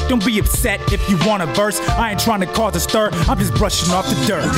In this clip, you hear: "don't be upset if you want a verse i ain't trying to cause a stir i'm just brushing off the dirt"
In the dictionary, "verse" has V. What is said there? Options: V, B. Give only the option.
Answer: V